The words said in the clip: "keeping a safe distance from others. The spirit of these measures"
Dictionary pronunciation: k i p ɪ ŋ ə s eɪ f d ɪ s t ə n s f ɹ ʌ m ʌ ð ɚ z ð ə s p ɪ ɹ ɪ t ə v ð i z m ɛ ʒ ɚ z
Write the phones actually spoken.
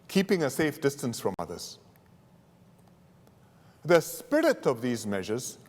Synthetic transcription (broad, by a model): k i p ɪ ŋ ə s eɪ f d ɪ s t ə n s f ɹ ʌ m ʌ ð ɚ z ð ə s p ɪ ɹ ɪ t ə v ð i z m ɛ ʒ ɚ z